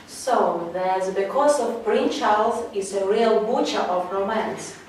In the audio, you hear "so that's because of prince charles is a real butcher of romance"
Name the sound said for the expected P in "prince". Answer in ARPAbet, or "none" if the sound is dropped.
B